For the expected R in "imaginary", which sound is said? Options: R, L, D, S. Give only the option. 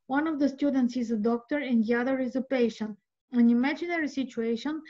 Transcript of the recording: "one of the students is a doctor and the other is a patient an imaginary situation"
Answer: R